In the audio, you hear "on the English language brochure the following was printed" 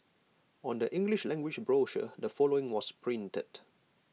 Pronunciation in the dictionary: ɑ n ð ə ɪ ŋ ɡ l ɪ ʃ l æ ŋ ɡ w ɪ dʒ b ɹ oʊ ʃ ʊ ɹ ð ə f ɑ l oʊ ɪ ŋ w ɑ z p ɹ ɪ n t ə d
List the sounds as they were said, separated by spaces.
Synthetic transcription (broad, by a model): ɑ n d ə ɪ ŋ ɡ l ɪ ʃ l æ ŋ ɡ w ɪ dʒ b ɹ oʊ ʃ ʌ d ə f ɑ l oʊ ɪ ŋ w ɑ s p ɹ ɪ n t ə d